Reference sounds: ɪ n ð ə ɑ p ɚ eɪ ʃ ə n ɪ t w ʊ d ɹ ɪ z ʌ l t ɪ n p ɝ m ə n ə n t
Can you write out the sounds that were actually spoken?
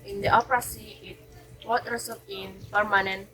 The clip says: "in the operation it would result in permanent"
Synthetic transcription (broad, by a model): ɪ n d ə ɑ p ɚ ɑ s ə ɪ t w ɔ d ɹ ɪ s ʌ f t ɪ n p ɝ m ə n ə n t